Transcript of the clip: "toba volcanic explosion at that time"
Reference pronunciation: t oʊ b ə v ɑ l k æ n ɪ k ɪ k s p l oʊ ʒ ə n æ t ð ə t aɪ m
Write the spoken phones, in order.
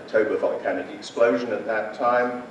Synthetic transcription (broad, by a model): t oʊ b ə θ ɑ n k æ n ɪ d ɪ k s p l oʊ ʒ ə n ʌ t ð ə t aɪ m